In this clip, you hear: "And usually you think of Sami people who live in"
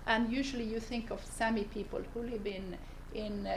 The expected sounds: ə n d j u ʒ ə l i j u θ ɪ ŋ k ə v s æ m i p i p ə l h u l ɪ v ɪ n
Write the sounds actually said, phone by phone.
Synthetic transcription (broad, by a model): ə n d j u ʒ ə l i j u θ ɪ ŋ k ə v s æ m i p i p ə l h u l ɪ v ɪ n